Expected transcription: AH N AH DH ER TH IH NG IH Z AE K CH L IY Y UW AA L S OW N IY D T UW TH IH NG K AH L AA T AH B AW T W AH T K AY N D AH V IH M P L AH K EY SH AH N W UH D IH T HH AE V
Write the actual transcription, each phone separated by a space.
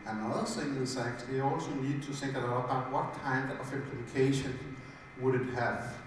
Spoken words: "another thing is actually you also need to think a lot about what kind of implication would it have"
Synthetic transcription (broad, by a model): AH N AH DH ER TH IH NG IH S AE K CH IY AA L S OW N IY D T UW TH IH NG K AH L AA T AH B AW T W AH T K AY N D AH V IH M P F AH K EY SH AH N W UH D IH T HH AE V